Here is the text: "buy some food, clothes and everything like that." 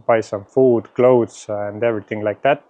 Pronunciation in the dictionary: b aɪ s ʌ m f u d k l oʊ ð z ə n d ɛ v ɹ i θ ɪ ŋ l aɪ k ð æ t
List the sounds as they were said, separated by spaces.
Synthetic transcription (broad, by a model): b aɪ s ʌ m f u d k l oʊ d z ə n d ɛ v ɹ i t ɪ ŋ l aɪ k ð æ t